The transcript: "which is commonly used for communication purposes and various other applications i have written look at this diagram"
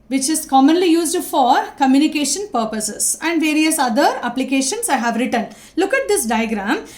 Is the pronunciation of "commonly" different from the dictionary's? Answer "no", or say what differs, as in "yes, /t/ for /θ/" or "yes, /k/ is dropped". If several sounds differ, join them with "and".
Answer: no